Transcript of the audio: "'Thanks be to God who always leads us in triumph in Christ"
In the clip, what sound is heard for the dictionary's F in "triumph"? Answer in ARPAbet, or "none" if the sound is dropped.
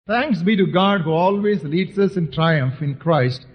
F